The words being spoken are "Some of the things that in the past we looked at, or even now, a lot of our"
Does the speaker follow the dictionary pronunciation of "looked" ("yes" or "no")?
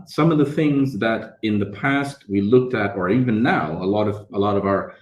yes